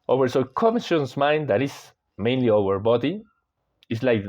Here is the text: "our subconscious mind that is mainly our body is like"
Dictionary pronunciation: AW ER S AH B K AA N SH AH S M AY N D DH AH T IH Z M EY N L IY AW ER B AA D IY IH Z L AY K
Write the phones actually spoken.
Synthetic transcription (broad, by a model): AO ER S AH K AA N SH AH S M AY N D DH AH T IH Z M EY N L IY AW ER B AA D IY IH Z L AY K